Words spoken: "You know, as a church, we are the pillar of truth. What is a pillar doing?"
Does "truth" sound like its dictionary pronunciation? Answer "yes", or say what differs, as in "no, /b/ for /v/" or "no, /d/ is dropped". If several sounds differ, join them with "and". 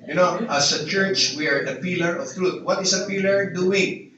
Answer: no, /t/ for /θ/